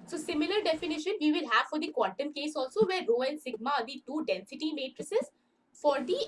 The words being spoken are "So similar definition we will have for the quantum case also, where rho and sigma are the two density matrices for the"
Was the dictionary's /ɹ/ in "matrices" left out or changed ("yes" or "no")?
no